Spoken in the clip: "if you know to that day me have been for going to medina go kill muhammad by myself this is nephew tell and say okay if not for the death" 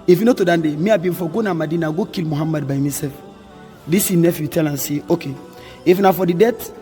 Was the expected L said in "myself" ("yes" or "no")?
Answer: no